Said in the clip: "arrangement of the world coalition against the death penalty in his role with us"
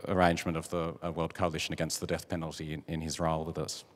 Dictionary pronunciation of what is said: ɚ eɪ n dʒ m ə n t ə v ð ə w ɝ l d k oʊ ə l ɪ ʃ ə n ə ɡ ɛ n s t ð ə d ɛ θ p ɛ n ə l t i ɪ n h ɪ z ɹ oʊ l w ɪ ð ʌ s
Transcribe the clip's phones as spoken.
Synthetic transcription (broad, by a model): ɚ eɪ n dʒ m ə n t ə v ð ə w ɝ l d k oʊ ə l ɪ ʃ ə n ə ɡ ɛ n s t ð ə d ɛ θ p ɛ n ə l t i ɪ n ɪ z ɹ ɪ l w ɪ ð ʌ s